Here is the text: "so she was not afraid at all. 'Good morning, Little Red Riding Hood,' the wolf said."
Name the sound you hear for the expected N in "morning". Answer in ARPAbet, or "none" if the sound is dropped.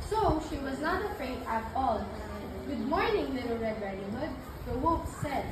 N